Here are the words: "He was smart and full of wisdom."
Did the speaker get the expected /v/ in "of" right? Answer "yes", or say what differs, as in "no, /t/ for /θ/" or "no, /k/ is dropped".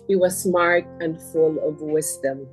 yes